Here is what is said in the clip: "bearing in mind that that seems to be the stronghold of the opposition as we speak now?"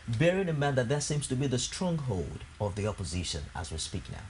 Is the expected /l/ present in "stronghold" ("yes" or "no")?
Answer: yes